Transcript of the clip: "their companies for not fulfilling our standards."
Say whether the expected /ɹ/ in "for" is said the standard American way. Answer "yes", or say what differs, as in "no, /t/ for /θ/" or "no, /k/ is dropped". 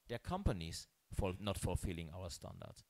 no, /l/ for /ɹ/